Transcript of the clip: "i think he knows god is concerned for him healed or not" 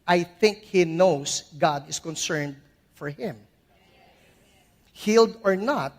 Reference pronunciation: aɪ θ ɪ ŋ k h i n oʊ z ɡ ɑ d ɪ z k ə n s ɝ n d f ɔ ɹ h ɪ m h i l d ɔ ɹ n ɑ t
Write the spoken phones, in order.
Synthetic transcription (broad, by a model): aɪ θ ɪ ŋ k h i n oʊ s ɡ ɑ d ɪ s k ə n s ɝ n d f ɔ ɹ h ɪ m h i l d ɔ ɹ n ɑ t